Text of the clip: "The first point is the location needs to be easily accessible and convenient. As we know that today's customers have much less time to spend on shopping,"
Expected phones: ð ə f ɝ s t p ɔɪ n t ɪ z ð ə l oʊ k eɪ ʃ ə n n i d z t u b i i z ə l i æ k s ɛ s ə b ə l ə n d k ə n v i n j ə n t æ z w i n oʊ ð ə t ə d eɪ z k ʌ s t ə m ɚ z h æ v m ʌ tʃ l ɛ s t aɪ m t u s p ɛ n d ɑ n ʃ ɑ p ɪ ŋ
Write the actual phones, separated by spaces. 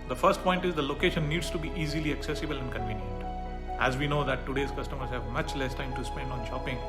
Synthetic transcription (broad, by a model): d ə f ɝ s t p ɔɪ n t ɪ z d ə l oʊ k eɪ ʃ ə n n i d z t u b i i z ə l i æ k s ɛ s ə b ə l ə n d k ə n v i n j ə n t æ z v i n oʊ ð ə t ə d eɪ z k ʌ s t ə m ɚ z h æ v m ʌ tʃ l ɛ s t aɪ m t u s p ɛ n d ɑ n ʃ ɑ p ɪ ŋ